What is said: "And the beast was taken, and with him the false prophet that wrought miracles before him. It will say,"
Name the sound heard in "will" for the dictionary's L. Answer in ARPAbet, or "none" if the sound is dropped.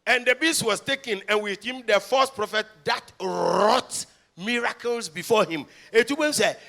N